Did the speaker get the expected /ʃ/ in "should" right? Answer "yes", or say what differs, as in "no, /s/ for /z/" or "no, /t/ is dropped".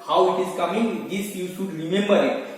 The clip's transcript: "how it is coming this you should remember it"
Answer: no, /s/ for /ʃ/